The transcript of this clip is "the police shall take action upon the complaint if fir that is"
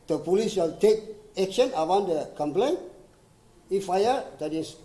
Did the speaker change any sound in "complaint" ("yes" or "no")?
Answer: yes